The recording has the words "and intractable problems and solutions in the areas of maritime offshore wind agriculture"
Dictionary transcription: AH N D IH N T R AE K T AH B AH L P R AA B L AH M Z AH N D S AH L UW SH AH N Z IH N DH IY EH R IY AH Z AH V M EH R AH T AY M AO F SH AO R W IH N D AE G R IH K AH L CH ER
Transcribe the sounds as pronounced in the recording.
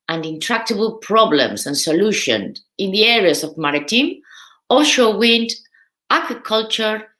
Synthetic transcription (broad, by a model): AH N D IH N T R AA K T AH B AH L P R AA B L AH M S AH N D S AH L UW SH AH N IH N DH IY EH R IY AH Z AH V M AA R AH T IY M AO SH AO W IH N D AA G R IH K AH L CH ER